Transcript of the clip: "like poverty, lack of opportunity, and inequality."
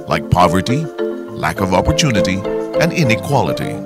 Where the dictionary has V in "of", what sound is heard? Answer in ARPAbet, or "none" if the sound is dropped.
V